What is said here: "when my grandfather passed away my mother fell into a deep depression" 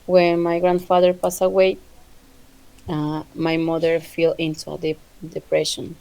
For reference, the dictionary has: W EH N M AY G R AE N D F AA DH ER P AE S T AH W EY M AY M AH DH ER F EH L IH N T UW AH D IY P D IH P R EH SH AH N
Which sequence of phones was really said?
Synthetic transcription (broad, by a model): W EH N M AY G R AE N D F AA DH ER P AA S AH W EY M AY M AH DH ER F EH L IH N T UW AH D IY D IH P R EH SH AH N